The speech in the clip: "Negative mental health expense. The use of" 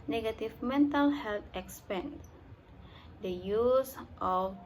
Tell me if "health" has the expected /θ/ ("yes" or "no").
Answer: no